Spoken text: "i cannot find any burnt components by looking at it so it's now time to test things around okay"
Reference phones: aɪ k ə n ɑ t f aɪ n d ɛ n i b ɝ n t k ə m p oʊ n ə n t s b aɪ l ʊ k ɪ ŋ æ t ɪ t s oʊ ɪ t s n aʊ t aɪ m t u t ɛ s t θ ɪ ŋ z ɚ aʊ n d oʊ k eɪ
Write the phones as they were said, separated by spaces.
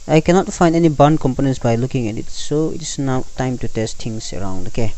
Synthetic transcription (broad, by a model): aɪ k ə n ɑ t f aɪ n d ɛ n i b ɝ n k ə m p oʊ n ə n s b aɪ l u k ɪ ŋ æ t ɪ t s oʊ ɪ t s n aʊ t aɪ m t u t ɛ s t t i ŋ s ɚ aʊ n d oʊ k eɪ